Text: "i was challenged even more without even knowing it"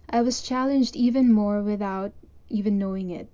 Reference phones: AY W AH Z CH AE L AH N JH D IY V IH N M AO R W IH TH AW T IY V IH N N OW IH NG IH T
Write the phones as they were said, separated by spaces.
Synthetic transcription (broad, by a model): AY W AH Z CH AE L AH N JH D IY V IH N M AO R W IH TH AW T IY V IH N N OW IH NG IH T